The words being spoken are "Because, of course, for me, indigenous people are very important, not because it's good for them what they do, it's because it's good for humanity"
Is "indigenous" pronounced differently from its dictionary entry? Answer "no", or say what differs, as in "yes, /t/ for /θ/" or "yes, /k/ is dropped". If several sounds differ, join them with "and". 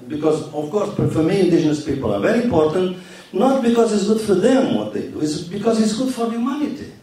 yes, /ʒ/ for /dʒ/